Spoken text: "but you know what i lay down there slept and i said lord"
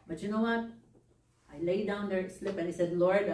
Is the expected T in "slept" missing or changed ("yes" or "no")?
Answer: yes